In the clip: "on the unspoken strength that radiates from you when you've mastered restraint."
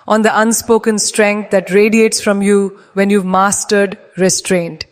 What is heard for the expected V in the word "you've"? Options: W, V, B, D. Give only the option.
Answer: V